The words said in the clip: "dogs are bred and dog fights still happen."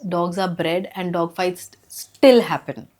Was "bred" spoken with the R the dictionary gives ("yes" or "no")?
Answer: yes